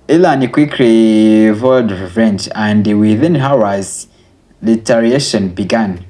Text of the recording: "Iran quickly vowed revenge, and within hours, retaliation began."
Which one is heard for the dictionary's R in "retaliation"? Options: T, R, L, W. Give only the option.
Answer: L